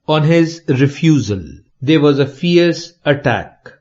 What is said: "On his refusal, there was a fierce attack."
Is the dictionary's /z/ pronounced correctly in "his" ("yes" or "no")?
yes